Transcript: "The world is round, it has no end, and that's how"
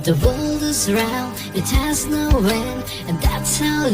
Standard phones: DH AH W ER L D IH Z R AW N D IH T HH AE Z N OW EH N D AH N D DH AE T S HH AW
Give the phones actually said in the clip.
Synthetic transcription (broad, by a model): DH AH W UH L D IH Z R AW N D IH T HH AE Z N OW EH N AH N DH AE T S HH AW